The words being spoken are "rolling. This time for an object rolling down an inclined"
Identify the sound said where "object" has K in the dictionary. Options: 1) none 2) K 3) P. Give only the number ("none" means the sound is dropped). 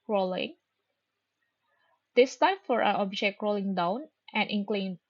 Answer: 2